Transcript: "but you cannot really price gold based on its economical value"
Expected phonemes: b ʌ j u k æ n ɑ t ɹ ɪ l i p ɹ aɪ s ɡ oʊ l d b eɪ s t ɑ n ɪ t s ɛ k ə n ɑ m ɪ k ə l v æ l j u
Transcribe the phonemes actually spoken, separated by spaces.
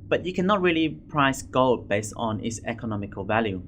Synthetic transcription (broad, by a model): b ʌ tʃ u k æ n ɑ t ɹ ɪ l i p ɹ aɪ s ɡ oʊ l d b eɪ s t n ɪ t s ɛ k ə n ɑ m ɪ k ə l v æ l j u